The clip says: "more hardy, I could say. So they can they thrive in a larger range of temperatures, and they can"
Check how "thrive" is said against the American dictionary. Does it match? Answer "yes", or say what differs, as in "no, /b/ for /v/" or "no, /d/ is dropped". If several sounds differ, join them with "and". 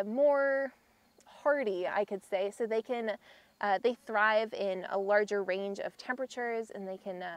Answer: yes